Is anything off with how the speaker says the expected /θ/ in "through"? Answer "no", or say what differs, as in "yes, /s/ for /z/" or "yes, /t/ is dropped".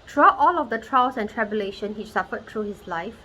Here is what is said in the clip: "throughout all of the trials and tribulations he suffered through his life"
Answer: yes, /t/ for /θ/